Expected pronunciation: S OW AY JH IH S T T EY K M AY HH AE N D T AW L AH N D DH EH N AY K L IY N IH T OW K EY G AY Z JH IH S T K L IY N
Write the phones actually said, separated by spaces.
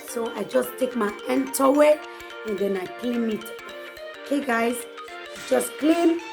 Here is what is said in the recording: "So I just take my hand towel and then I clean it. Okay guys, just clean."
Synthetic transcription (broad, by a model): S OW AY JH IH S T T EY K M AY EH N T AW W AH N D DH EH N AY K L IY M IH T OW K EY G AY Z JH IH S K L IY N